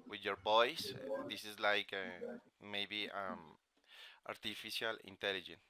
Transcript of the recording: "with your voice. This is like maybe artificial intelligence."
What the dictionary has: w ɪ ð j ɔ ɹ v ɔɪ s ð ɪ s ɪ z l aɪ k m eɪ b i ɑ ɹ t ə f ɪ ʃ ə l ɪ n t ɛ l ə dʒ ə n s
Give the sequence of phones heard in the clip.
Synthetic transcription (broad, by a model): w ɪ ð j ɔ ɹ b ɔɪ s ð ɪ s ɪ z l aɪ k m eɪ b i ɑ ɹ t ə f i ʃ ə l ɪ n t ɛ l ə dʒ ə n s